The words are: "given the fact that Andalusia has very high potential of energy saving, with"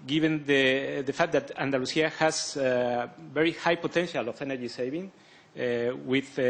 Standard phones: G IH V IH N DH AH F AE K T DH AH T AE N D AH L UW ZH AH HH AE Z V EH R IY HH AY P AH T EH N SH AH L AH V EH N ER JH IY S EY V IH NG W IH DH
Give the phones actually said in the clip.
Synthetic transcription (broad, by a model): G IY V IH N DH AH F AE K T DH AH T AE N D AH L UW S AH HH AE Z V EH R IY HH AY P AH T EH N SH AH L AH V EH N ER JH IY S EY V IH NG W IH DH